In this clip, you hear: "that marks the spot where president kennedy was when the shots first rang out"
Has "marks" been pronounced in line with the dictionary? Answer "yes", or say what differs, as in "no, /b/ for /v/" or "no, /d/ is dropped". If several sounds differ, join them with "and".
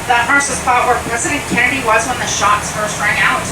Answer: no, /k/ is dropped